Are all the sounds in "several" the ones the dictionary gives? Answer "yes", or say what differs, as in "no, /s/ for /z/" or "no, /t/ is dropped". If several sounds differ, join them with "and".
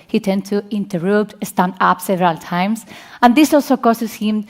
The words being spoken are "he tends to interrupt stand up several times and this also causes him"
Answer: yes